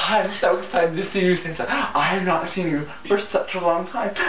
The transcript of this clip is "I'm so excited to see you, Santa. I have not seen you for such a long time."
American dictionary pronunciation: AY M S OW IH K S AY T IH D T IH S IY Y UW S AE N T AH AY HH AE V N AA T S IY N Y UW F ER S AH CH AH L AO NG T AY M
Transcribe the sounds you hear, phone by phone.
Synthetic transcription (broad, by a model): AY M S OW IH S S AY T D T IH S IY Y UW TH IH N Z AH AY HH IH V N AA T S IY N Y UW F ER S AH CH AH L AO NG T AY M